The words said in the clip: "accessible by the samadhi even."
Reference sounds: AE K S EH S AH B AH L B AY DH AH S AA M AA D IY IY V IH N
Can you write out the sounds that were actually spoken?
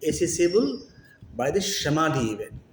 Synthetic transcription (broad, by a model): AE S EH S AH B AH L B AY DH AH SH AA M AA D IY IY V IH